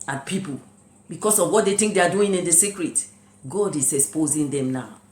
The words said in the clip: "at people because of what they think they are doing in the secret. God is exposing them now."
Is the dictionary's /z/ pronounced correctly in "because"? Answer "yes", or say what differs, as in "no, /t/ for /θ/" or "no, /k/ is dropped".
no, /s/ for /z/